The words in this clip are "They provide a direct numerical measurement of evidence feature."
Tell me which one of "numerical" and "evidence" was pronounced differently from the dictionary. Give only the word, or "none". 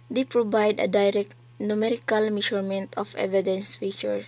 none